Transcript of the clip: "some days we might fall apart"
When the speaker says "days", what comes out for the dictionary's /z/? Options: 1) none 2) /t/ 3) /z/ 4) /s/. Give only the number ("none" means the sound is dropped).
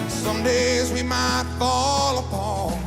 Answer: 3